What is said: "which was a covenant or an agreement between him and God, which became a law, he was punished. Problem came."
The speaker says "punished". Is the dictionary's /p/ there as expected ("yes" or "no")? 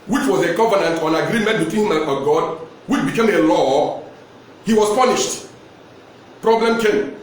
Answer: yes